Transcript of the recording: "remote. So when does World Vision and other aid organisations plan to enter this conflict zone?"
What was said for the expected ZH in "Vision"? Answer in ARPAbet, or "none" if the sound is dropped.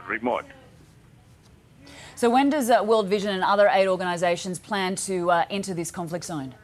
ZH